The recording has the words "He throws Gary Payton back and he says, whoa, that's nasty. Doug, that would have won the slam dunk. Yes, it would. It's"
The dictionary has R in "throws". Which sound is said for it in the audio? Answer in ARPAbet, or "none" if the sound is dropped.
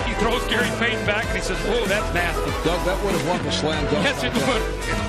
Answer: R